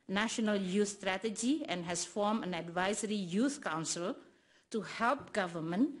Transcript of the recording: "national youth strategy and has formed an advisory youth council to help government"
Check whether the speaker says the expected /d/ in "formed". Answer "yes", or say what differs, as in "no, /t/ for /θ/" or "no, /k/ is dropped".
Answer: no, /d/ is dropped